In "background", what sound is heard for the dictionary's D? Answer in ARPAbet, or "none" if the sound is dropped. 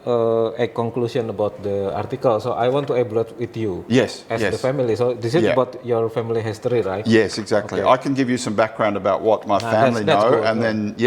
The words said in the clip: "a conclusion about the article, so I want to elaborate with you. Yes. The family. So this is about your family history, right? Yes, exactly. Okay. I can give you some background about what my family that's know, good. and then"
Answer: D